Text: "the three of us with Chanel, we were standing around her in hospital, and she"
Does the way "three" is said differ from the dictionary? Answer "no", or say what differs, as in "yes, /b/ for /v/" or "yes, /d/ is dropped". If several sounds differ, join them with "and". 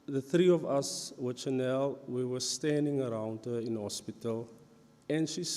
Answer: no